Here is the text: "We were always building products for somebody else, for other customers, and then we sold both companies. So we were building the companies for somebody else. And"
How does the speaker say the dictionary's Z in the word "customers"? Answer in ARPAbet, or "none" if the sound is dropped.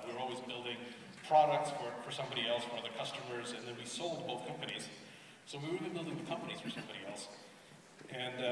Z